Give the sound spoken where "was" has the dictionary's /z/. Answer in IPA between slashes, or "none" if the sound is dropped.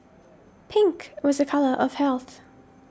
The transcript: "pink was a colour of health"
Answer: /z/